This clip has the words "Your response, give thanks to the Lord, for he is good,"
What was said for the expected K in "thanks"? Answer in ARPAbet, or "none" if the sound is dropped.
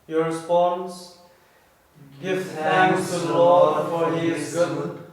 none